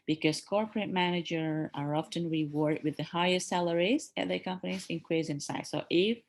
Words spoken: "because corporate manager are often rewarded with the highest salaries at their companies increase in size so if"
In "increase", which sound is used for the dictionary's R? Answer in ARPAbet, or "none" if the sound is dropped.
W